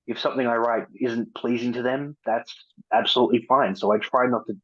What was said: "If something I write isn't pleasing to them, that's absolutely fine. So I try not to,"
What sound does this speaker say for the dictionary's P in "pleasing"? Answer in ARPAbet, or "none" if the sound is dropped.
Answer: P